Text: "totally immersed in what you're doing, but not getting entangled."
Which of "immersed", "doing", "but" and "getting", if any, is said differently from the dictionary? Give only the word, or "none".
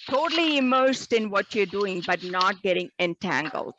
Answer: none